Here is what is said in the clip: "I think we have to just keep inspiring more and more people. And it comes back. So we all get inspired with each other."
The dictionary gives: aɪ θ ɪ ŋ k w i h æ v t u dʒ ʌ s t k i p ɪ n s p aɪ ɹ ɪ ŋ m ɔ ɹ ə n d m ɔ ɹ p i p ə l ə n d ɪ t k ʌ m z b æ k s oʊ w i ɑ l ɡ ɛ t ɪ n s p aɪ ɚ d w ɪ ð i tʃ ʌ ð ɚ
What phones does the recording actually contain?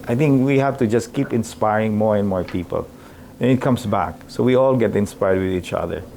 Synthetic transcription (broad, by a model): aɪ θ ɪ ŋ k w i h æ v t u dʒ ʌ s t k i p ɪ n s p aɪ ɹ ɪ ŋ m ɔ ɹ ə n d m ɔ ɹ p i p ə l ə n ɪ t k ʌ m s b æ k s oʊ w i ɑ l ɡ ɛ t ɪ n s p aɪ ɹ d w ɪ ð i tʃ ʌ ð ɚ